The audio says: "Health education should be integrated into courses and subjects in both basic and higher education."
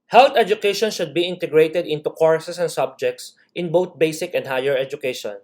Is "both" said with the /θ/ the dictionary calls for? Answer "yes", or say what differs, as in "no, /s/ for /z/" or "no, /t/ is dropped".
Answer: no, /t/ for /θ/